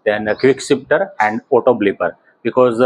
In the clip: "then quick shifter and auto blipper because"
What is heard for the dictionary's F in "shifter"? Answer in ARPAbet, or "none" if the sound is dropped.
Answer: P